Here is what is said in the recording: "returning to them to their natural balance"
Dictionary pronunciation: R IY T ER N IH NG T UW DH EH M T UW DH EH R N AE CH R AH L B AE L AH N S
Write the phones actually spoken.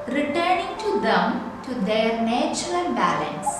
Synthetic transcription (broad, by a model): R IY T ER N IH NG T UW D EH M T UW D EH R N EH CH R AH N B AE L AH N S